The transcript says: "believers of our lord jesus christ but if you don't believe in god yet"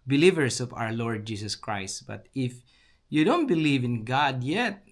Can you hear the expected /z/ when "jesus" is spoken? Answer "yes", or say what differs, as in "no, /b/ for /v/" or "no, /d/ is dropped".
no, /s/ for /z/